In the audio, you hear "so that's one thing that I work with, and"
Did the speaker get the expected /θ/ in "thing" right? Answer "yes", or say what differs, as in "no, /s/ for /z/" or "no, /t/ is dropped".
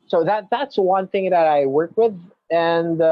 yes